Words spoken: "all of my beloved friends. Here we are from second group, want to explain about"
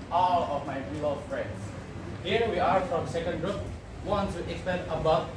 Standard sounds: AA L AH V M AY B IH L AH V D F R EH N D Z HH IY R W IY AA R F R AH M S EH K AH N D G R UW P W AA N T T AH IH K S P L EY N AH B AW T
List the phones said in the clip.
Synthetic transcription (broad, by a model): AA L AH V M AY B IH AH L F R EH N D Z HH IY R W IY AA R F R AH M S EH K AH N D G R UW P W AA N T T AH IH K S P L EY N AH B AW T